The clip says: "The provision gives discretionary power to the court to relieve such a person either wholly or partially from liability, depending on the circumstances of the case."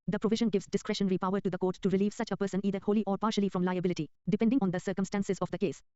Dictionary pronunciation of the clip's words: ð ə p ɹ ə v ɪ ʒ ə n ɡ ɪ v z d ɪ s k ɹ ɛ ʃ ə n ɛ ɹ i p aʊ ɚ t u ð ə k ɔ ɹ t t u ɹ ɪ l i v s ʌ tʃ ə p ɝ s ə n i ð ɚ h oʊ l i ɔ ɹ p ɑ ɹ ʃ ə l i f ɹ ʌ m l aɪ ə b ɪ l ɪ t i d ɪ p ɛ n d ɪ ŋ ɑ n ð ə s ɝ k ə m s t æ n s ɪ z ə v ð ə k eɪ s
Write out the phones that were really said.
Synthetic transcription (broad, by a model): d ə p ɹ ə v ɪ ʒ ə n ɡ ɪ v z d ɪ s k ɹ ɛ ʃ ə n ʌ ɹ i p aʊ ɚ t u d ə k ɔ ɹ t t u ɹ ɪ l i v s ʌ tʃ ə p ɝ s ə n i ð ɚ h oʊ l i ɔ ɹ p ɑ ɹ ʃ ə l i f ɹ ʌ m l aɪ ə b ɪ l ɪ t i d ɪ p ɛ n d ɪ ŋ ɑ n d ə s ɝ k ə m s t æ n s ɪ z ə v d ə k eɪ s